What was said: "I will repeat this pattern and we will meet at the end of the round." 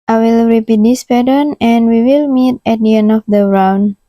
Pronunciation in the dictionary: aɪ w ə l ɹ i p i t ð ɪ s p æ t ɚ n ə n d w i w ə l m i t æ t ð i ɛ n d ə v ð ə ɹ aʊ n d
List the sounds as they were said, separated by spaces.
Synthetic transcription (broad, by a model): aɪ w ə l ɹ i p i t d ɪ s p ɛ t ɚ n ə n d w i w ə l m i t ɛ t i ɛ n ə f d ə ɹ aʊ n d